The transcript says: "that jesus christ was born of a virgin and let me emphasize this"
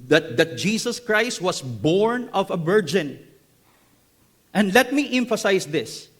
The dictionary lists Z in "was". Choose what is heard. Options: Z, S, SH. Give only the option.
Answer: S